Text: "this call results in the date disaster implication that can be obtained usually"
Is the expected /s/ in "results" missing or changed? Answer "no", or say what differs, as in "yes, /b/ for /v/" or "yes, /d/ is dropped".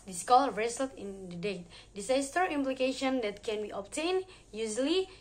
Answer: yes, /s/ is dropped